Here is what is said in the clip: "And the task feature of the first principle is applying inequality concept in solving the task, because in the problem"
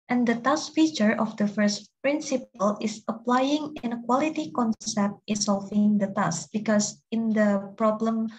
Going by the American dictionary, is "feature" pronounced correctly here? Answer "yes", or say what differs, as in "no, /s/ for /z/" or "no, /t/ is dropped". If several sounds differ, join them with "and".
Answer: yes